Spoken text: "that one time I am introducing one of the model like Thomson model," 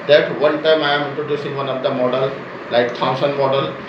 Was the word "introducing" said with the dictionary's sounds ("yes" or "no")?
no